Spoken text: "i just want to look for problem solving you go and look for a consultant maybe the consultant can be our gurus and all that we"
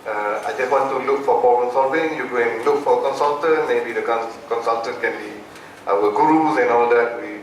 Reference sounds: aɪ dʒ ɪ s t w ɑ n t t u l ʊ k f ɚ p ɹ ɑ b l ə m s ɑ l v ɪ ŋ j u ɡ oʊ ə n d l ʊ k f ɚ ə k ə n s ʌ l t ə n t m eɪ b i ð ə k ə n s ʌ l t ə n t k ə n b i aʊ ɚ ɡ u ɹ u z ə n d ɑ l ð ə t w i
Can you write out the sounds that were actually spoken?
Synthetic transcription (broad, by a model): aɪ dʒ ɪ s t w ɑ n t t u l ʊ k f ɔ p ɑ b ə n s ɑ v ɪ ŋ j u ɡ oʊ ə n l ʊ k f ə k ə n s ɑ l t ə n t m eɪ b i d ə k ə n s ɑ l t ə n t k ə n b i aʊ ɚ ɡ u ɹ u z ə n ɑ l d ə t w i